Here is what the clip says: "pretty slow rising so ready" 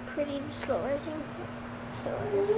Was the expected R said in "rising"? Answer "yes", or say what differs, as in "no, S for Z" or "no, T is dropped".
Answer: no, L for R